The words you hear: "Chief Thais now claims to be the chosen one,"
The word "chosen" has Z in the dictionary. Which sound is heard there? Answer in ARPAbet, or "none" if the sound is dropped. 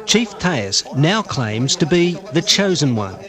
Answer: Z